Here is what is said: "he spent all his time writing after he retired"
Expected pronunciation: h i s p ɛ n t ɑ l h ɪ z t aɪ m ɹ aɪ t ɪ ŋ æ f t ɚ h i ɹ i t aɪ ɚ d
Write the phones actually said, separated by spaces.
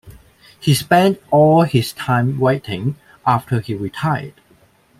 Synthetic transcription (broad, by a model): h i s p ɛ n t ɑ l h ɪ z t aɪ m w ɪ t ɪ ŋ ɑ f t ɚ h i ɹ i t aɪ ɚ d